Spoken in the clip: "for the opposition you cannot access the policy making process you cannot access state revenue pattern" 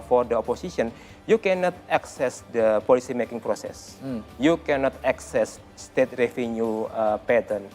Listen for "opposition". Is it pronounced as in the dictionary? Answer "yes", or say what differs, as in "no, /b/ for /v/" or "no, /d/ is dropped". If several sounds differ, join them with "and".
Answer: no, /s/ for /z/